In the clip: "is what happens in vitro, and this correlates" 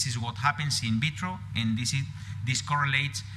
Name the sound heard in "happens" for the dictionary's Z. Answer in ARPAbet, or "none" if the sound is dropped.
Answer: S